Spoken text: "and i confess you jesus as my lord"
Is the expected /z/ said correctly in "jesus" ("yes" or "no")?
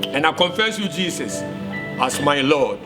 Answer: no